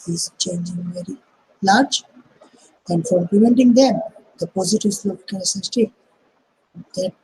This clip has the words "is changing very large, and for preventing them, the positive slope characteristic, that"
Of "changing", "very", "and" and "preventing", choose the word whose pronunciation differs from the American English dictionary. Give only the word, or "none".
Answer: preventing